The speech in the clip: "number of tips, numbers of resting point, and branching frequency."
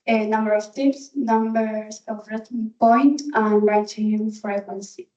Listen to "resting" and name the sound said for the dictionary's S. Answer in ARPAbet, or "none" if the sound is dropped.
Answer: none